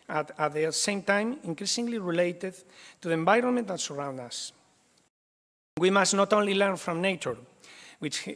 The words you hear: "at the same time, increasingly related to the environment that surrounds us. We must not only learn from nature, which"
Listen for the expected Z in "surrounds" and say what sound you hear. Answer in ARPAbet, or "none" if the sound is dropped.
none